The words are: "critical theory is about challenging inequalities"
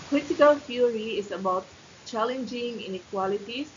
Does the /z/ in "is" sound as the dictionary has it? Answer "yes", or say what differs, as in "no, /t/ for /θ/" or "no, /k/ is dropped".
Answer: no, /s/ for /z/